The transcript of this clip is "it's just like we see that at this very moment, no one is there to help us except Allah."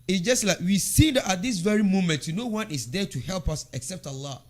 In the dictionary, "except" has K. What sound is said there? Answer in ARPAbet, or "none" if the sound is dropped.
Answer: K